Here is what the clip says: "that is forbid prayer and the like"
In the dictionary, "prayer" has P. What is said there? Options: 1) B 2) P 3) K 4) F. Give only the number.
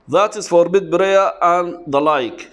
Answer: 1